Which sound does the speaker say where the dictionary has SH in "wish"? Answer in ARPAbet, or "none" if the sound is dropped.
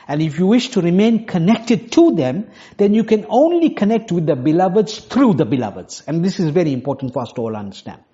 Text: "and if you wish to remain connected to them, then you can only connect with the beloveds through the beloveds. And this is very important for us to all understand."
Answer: SH